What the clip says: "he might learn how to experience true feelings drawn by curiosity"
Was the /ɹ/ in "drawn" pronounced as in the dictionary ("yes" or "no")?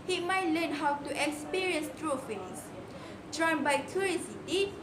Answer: yes